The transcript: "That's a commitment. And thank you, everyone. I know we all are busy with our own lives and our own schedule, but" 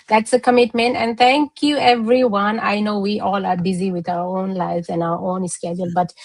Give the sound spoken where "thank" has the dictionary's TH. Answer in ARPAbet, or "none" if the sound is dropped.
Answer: T